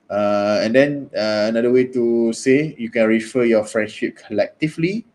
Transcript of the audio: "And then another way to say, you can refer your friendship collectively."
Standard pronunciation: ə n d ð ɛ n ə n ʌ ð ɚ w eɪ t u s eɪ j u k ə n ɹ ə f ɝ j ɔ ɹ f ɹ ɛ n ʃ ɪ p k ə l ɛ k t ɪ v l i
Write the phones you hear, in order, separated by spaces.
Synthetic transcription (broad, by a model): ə n d ɛ n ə n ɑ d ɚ w eɪ t u s eɪ j u k ə n ɹ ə f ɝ j ɔ f ɹ ɛ n ʃ ɪ p k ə l ɛ k t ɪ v l i